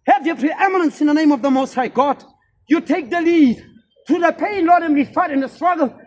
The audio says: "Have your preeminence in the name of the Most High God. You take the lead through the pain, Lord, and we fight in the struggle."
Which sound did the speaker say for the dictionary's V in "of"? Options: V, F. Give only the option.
V